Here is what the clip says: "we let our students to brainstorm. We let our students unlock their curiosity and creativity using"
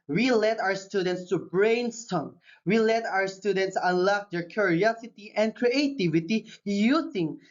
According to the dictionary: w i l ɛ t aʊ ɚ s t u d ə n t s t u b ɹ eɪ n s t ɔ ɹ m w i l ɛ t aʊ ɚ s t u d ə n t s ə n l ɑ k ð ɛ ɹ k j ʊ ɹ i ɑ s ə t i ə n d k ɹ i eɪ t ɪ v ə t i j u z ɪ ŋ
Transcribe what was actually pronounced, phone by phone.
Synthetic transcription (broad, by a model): w i l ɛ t aʊ ɚ s t u d ə n t s t u b ɹ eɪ n s t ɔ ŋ w i l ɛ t aʊ ɚ s t u d ə n t s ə l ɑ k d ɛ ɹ k j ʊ ɹ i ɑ s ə t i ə n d k ɹ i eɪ t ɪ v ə t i j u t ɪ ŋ